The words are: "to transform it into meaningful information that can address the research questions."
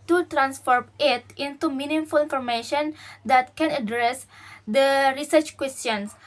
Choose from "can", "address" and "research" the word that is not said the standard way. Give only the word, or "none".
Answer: none